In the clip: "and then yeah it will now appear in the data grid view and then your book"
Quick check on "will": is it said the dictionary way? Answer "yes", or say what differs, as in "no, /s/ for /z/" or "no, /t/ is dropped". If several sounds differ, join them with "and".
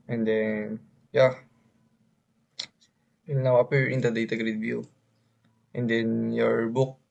no, /n/ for /l/